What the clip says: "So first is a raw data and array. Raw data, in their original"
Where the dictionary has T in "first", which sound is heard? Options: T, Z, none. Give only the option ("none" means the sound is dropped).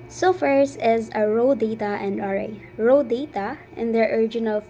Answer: none